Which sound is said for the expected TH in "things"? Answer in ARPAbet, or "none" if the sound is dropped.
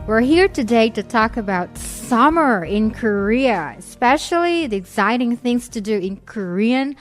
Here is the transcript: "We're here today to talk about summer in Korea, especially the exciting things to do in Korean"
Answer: TH